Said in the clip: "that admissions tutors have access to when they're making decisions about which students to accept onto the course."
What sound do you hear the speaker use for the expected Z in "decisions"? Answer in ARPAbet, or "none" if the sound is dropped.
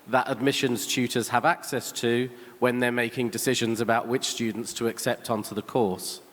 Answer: Z